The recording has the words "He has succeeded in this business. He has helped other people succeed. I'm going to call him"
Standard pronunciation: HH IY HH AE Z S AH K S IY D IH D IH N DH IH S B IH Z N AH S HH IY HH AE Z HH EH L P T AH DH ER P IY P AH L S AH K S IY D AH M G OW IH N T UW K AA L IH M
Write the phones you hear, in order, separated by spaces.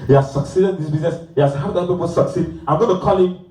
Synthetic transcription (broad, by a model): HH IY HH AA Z S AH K S IY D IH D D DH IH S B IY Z N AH S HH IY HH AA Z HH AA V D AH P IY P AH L S AH K S IY D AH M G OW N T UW K AA L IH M